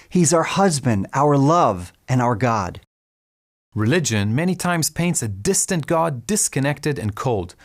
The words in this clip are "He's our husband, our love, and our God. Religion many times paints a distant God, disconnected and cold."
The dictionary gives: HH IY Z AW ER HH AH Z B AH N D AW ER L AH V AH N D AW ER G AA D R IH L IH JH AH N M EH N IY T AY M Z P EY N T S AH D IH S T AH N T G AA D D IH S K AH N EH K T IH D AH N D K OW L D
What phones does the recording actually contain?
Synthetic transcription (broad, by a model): HH IY Z AW ER HH AH Z B AH N D AW ER L AH V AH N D AW ER G AA D R IH L IH JH AH N M EH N IY T AY M Z P EY N T S AH D IH S T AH N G AA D D IH S K AH N EH K T IH D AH N K OW L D